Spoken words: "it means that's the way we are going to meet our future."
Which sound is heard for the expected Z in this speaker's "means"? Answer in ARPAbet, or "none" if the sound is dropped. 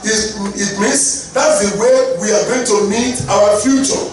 S